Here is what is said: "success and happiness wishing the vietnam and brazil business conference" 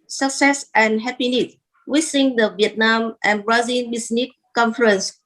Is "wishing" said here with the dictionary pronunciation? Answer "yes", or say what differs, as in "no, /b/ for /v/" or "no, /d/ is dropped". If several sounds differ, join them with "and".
no, /s/ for /ʃ/